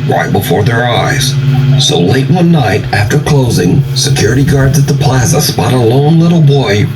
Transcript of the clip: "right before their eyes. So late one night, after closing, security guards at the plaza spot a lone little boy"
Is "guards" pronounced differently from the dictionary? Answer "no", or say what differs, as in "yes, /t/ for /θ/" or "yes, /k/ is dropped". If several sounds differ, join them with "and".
no